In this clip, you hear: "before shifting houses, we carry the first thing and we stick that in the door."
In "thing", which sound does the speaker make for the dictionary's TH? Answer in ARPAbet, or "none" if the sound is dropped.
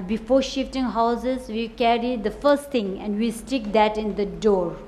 T